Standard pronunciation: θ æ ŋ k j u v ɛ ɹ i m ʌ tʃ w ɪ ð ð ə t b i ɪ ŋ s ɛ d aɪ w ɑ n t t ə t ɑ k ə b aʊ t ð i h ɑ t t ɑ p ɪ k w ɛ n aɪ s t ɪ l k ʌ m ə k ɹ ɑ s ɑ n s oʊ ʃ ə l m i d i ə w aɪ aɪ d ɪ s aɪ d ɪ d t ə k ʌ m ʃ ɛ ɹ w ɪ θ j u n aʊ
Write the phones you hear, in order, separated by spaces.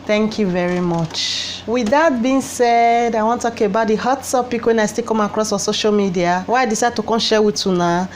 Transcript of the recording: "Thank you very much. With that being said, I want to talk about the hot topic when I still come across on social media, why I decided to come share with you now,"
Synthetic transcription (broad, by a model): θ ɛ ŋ k j u v ɛ ɹ i m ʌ tʃ w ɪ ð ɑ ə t b i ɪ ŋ s ɛ d aɪ w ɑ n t t ə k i ə b aʊ t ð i h ɑ t s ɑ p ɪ k w ɛ n aɪ s t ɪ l k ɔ m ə k ɹ ɑ s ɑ s oʊ ʃ ə l m i d i ə w aɪ aɪ d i s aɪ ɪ d t ə k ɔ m ʃ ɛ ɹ w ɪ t j u n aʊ